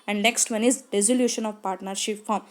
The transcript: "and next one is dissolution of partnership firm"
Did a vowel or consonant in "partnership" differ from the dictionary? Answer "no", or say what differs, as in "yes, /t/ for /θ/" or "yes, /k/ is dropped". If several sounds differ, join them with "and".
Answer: no